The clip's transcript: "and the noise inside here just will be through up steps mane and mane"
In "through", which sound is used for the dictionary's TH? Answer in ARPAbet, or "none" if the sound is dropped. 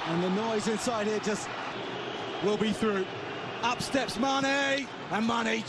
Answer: TH